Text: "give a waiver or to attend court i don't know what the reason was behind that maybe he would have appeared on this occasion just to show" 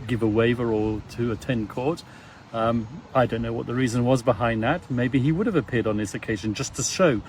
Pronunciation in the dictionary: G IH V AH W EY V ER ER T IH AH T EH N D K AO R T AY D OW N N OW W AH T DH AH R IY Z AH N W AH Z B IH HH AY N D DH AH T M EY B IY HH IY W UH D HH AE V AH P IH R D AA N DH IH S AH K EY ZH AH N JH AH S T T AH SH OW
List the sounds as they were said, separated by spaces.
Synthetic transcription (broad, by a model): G IH V AH W EY V ER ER T IH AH T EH N K AO R T AY D OW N N OW W AH T DH AH R IY Z AH N W AH Z B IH HH AY N DH AH T M EY B IY IY W UH D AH V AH P IH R D N DH IH S AH K EY ZH AH N JH AH S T T AH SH OW